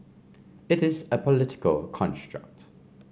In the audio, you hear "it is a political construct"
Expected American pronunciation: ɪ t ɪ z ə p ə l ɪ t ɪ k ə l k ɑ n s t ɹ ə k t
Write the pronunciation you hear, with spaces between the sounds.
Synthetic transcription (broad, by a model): ɪ t ɪ z ə p ə l ɪ t ɪ k ə l k ɑ n s t ɹ ə k t